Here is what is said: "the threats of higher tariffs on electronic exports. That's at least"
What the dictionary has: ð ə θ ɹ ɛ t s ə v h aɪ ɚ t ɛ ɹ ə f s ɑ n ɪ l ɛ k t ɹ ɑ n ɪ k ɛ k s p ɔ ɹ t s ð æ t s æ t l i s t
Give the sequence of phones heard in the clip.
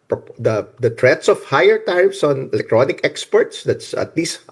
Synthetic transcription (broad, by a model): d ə t ɹ ɛ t s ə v h aɪ ɚ t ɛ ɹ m s ɑ n ɪ l ɛ k t ɹ ɑ n ɪ k ɛ k s p ɔ ɹ t s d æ t s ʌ t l i s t